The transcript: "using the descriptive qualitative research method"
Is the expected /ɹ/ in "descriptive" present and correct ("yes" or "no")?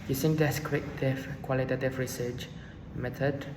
no